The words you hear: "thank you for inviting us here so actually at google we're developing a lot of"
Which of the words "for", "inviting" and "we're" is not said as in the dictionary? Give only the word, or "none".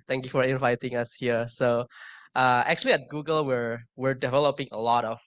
none